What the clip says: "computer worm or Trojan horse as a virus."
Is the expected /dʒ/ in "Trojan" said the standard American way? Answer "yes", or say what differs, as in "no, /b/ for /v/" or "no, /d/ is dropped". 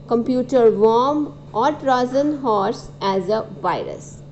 no, /z/ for /dʒ/